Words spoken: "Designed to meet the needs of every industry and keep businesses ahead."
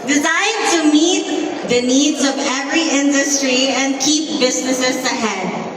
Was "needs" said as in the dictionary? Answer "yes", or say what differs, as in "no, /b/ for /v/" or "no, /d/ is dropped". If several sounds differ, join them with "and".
yes